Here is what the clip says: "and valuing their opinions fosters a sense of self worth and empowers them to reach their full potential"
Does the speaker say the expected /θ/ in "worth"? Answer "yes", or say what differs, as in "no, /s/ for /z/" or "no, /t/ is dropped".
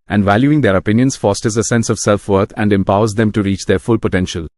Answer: no, /t/ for /θ/